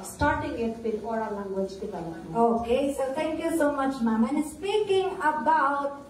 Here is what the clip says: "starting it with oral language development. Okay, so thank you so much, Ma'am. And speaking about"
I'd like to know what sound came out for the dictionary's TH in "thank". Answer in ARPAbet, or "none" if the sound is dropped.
T